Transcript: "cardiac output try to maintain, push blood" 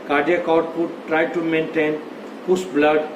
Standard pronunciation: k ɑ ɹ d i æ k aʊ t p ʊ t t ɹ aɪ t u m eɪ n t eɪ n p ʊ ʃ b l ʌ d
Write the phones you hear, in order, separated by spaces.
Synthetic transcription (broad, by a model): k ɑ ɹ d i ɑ k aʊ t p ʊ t t ɹ aɪ t u m eɪ n t eɪ n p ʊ s b l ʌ d